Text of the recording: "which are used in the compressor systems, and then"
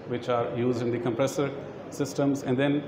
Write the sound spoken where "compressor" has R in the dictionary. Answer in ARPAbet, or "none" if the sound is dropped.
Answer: R